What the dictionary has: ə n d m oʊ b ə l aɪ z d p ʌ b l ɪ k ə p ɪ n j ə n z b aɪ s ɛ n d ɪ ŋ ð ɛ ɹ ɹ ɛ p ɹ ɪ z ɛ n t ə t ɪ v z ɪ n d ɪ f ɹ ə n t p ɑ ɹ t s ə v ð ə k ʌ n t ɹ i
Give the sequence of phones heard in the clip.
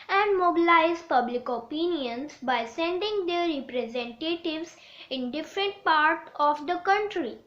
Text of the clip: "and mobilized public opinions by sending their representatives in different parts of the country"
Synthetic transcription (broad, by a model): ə n d m oʊ b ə l aɪ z p ʌ b l ɪ k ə p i n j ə n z b aɪ s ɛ n d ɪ ŋ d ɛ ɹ ɹ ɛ p ɹ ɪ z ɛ n t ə t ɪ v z ɪ n d ɪ f ɹ ə n t p ɑ ɹ t ə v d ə k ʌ n t ɹ i